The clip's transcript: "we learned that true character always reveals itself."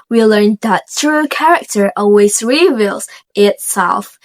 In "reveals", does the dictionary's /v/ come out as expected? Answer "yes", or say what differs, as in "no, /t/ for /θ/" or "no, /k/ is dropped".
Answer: yes